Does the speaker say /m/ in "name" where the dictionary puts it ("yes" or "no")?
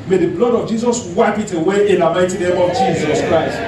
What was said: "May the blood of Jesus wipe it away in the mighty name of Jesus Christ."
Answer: no